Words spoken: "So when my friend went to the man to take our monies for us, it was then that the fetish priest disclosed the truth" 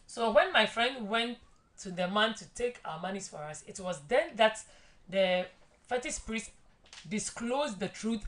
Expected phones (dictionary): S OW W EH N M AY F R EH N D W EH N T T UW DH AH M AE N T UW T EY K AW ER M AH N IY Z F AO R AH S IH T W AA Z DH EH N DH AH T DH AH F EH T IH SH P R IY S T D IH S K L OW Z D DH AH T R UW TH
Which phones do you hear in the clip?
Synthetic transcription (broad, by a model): S OW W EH N M AY F R EH N D W EH N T T UW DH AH M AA N T UW T EY K AW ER M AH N IY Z F AO R AH S IH T W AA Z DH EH N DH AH T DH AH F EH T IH S P R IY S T D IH S K L OW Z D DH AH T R UW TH